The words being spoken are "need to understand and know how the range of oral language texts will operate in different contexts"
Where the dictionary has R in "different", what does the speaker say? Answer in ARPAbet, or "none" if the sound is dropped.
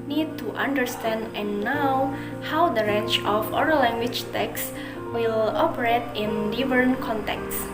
none